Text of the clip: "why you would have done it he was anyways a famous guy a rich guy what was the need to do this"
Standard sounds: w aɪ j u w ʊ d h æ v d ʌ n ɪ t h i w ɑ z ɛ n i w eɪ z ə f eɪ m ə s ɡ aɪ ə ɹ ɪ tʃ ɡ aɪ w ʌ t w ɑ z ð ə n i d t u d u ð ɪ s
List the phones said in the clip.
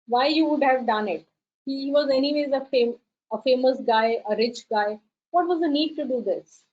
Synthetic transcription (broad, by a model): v aɪ j u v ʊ d h æ v d ʌ n ɪ t h i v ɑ z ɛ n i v eɪ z ə f eɪ m ə s ɡ aɪ ə ɹ ɪ tʃ ɡ aɪ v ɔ t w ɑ z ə n i d t u d u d ɪ s